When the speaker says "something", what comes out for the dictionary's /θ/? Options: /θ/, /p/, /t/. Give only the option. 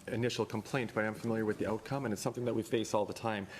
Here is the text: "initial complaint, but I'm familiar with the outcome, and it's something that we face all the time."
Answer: /θ/